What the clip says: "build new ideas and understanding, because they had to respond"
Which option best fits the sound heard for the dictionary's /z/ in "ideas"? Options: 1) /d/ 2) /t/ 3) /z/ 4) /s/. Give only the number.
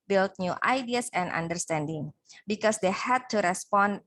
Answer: 4